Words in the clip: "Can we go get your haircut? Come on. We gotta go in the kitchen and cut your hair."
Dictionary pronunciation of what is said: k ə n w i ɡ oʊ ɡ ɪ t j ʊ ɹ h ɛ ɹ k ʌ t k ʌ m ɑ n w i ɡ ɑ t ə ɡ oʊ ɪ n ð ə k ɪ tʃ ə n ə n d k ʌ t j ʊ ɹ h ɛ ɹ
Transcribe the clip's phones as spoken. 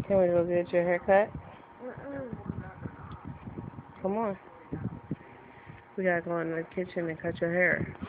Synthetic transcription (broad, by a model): k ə n w i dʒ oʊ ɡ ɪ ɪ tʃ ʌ ɹ h ɛ ɹ k ʌ t k ʌ m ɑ n w i ɡ ɑ t ə ɡ oʊ ɪ n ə k ɪ tʃ ə n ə n k ʌ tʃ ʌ ɹ h ɛ ɹ